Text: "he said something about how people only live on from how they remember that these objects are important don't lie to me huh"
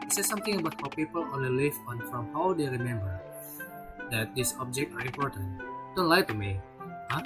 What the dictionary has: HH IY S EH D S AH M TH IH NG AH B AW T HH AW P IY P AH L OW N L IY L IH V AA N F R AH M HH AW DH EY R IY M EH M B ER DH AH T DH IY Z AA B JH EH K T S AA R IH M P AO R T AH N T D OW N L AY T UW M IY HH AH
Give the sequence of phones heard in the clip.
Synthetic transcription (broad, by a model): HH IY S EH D S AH M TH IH NG AH B AW T HH AW P IY P AH L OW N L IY L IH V AA N F R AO M HH AW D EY R IY M EH M B ER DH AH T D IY S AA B JH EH K T AA R IH M P AO R T AH N T D OW N L AY T UW M IY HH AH